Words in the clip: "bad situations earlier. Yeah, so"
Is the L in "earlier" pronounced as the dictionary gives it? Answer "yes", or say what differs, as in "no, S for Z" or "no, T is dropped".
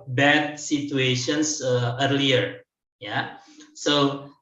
yes